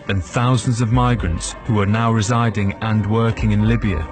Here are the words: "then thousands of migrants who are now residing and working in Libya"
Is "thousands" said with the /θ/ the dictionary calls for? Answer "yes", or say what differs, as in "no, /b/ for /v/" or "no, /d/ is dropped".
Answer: yes